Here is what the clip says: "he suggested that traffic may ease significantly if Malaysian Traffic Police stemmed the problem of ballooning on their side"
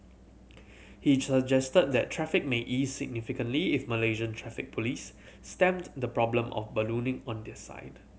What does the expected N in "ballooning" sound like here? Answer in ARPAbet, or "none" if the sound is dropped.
N